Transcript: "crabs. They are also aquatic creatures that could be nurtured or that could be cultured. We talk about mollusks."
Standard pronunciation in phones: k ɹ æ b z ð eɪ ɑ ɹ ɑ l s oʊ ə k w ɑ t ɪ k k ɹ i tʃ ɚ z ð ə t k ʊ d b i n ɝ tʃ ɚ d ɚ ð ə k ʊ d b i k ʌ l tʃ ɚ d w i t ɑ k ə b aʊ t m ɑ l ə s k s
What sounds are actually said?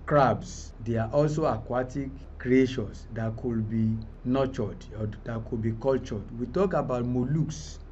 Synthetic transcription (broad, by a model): k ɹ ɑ b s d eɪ ɑ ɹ ɑ l s oʊ ə k w ɑ t ɪ k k ɹ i ʃ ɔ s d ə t k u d b i n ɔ tʃ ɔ d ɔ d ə k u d b i k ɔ l tʃ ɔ d w i t ɑ k ə b aʊ t m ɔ l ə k s